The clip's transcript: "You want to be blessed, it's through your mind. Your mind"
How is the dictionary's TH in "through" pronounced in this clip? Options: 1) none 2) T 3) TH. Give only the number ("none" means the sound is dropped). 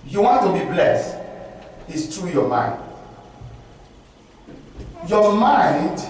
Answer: 2